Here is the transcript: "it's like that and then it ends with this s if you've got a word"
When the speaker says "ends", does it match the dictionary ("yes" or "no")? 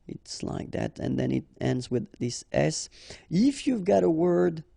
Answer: yes